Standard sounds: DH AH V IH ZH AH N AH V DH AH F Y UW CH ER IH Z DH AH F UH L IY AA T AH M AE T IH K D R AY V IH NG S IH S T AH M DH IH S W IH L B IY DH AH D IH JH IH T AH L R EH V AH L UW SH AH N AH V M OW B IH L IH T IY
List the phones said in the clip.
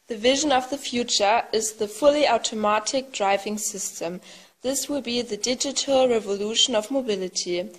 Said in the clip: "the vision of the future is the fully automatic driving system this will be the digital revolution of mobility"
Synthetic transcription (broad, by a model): DH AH V IH ZH AH N AH V DH AH F Y UW CH ER IH Z DH AH F UH L IY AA T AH M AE T IH K D R AY V IH NG S IH S T AH M DH IH S W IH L B IY DH AH D IH JH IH T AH L R EH V AH L UW SH AH N AH V M OW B IH L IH T IY